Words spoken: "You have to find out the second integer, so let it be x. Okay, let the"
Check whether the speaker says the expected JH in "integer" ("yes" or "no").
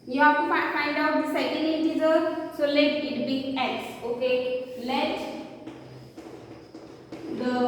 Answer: no